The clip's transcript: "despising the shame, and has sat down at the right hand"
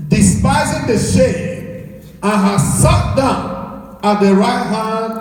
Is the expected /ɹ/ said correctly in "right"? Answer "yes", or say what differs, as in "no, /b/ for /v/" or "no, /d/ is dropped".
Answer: yes